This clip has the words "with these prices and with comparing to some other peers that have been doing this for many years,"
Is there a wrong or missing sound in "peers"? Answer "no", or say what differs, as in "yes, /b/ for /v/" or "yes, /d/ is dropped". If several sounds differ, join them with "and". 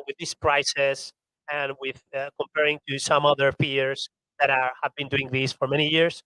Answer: yes, /f/ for /p/